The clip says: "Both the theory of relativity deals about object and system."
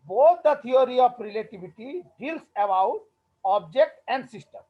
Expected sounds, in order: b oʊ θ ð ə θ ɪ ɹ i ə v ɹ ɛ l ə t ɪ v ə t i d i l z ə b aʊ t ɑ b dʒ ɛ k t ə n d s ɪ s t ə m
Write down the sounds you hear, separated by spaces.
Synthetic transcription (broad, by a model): b oʊ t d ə t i ɹ i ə p ɹ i l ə t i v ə t i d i l s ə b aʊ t ɑ b dʒ ɛ k t ə n d s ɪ s t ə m